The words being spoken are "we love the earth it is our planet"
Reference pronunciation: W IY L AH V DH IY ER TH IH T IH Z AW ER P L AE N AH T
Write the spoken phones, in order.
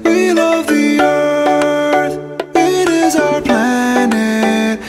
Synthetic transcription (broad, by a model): W IY L AH V DH IY ER TH IH T IH Z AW ER P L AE N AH T